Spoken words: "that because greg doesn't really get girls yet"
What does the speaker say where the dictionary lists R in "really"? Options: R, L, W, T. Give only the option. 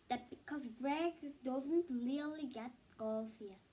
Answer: L